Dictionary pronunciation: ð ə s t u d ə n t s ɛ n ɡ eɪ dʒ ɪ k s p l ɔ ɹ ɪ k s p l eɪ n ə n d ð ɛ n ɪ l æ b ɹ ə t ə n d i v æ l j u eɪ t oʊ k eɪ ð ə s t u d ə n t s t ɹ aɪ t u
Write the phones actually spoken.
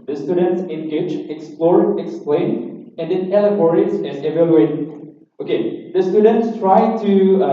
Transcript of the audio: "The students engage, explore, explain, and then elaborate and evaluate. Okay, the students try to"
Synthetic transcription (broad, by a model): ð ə s t u d ə n t s ɛ n ɡ eɪ dʒ ɪ k s p l ɔ ɹ ɪ k s p l eɪ n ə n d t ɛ l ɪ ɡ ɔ ɹ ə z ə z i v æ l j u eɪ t oʊ k eɪ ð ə s t u d ə n t s t ɹ aɪ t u